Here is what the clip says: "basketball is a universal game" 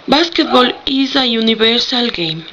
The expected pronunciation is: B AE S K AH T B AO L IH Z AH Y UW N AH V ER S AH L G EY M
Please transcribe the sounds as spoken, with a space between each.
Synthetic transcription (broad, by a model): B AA S K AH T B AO L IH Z AH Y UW N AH B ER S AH L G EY M